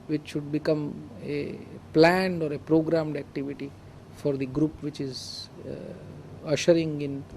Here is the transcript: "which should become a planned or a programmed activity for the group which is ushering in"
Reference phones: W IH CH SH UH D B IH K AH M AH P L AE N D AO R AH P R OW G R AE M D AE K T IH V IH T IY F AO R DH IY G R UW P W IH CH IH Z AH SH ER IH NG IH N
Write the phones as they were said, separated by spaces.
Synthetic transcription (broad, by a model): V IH CH SH UH D B IH K AH M AH P L AE N D AO R AH P R OW G R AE M D AE K T IH V IH T IY F AO R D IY G R UW P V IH CH IH Z AH SH ER IH NG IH N